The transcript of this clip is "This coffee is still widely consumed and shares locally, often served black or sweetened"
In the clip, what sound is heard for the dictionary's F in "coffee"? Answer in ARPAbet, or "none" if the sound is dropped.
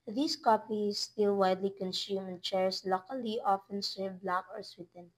P